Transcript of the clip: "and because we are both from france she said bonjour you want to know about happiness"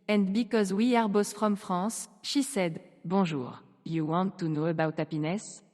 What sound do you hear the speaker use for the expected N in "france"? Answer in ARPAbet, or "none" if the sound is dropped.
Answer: none